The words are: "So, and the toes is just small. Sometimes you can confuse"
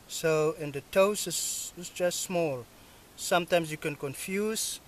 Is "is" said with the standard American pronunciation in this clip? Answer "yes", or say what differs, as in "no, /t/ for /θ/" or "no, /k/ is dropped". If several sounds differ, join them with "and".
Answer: no, /s/ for /z/